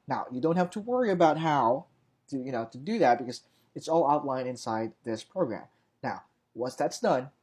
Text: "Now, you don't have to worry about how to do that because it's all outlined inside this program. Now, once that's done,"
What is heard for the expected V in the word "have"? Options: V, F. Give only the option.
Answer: F